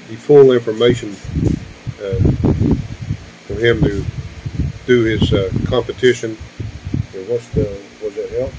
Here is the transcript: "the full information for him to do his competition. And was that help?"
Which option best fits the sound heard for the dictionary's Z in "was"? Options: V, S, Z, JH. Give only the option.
Z